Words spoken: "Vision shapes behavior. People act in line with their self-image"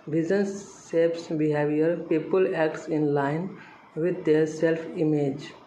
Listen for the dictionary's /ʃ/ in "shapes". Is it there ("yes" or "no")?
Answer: no